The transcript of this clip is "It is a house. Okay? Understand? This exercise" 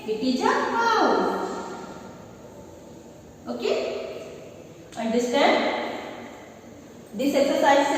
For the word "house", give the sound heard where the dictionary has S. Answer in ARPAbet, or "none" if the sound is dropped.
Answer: none